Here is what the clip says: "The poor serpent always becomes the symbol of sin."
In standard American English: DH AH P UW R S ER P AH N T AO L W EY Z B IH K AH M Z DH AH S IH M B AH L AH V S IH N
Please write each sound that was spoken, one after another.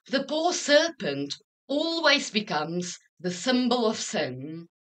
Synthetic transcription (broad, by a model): DH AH P UW R S ER P AH N T AO L W EY Z B IH K AH M Z DH AH S IH M B AH L AH V S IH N